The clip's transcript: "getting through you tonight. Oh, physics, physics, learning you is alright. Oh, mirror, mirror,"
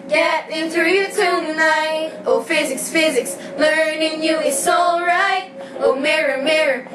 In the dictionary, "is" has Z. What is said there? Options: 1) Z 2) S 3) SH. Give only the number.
2